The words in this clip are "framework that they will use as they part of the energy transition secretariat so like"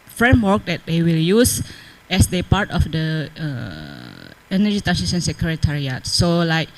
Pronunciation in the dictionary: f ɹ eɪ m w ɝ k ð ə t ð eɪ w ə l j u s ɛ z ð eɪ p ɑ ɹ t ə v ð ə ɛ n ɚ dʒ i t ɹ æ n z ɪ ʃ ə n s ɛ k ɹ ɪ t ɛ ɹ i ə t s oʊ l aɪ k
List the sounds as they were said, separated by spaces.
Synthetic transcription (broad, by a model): f ɹ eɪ m w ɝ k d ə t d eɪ w ə l j u s ɛ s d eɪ p ɑ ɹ t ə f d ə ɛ n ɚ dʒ i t æ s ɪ s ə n s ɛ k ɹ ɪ t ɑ ɹ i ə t s oʊ l aɪ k